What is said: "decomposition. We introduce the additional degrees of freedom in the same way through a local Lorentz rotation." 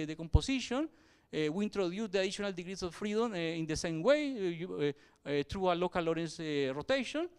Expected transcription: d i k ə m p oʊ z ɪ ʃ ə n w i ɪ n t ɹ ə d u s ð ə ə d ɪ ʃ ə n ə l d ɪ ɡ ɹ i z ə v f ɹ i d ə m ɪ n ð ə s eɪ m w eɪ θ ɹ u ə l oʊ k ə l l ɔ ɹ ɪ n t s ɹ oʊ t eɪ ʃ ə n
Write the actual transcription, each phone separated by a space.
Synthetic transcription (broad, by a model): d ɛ k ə m p oʊ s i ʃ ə n w i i n t ɹ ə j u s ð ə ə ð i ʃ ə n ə l d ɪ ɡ ɹ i s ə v f ɹ i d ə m ɪ n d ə s eɪ m w eɪ t ɹ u ə l oʊ k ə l l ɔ ɹ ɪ n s ɹ oʊ t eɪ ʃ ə n